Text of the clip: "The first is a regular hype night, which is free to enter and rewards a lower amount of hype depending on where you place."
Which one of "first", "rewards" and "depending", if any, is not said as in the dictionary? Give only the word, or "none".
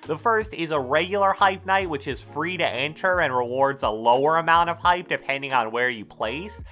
none